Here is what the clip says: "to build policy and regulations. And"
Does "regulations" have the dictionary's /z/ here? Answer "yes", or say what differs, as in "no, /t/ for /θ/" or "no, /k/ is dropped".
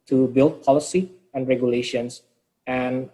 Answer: no, /s/ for /z/